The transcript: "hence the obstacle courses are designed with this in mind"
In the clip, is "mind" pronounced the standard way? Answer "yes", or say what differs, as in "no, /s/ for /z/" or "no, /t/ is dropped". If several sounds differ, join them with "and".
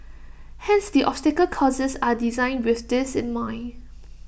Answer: no, /d/ is dropped